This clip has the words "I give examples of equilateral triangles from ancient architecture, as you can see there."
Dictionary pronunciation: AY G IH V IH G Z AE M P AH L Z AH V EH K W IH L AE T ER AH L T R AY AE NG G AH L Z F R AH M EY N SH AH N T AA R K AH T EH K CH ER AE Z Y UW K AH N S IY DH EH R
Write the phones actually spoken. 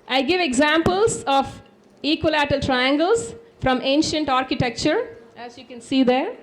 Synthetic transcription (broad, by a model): AY G IH V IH G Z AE M P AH L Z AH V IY K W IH L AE T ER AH L T R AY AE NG G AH L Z F R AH M EY N SH AH N T AA R K AH T EH K CH ER AE Z Y UW K AH N S IY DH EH R